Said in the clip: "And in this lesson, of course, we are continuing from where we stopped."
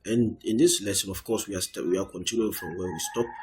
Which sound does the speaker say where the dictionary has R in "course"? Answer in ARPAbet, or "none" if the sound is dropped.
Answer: W